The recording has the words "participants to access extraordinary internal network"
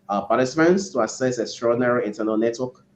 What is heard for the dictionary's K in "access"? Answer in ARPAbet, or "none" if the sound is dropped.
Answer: none